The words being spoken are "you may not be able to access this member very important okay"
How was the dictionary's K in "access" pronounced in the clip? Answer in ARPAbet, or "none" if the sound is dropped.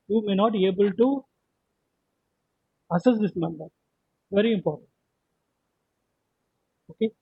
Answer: none